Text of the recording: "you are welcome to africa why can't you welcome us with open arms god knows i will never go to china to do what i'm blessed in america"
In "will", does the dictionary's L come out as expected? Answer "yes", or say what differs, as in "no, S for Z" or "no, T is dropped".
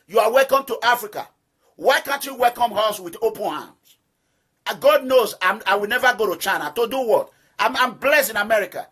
no, W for L